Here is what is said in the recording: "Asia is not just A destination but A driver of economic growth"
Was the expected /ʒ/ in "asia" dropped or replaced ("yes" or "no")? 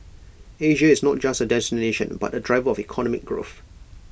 no